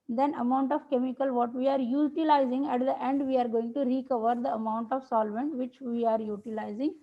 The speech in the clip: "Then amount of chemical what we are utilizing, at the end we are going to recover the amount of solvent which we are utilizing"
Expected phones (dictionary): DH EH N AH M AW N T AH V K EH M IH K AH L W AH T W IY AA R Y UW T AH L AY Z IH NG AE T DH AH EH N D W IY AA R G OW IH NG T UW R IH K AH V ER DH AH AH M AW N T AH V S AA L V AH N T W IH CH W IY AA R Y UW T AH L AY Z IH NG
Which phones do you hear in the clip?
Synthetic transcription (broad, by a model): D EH N AH M AW N T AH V K EH M IH K AH L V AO T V IY AA R Y UW T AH L AY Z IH NG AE T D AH EH N D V IY AA R G OW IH NG T UW R IH K AH V ER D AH AH M AW N T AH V S AA L V AH N T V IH CH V IY AA R Y UW T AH L AY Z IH NG